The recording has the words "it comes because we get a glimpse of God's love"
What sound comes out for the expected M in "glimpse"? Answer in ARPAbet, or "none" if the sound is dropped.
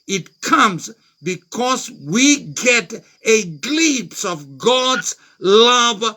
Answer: none